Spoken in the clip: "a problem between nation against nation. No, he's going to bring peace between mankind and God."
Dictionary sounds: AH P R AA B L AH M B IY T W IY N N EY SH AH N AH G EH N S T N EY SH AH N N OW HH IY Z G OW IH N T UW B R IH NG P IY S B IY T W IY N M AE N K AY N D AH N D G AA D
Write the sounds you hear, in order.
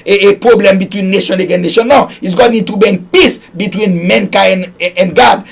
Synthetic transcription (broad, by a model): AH P R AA B L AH M B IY T W IY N N EY SH AH N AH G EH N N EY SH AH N N OW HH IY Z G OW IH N T UW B EH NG P IY S B IY T W IY N M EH N K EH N AH N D G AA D